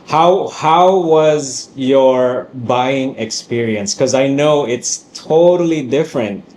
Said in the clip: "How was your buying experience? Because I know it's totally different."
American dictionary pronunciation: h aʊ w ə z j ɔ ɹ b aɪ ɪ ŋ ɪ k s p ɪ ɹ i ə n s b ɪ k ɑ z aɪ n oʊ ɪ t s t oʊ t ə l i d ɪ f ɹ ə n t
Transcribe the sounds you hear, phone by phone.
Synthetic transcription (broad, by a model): h aʊ w ə z j ɔ ɹ b aɪ ɪ ŋ ɪ k s p ɪ ɹ i ə n s k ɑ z aɪ n oʊ ɪ t s t oʊ t ə l i d ɪ f ɹ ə n t